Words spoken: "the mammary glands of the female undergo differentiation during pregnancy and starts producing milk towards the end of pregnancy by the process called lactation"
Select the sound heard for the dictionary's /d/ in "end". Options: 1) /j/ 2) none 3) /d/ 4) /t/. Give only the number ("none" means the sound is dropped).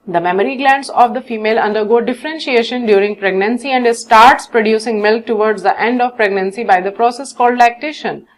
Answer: 3